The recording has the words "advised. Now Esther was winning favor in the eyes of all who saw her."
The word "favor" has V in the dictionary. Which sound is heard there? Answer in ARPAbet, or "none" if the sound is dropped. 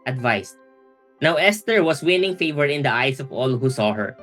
V